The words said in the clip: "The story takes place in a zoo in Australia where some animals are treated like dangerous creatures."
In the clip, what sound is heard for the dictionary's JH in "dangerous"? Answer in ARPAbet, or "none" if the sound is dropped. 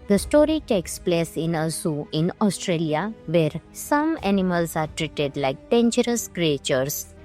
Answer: CH